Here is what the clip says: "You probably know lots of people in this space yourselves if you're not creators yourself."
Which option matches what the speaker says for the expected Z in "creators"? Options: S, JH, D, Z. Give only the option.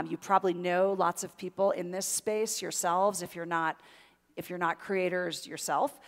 Z